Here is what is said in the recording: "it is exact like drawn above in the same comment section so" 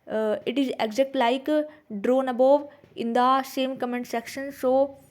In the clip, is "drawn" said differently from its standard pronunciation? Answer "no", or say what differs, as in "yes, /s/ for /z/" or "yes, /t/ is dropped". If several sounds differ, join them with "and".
no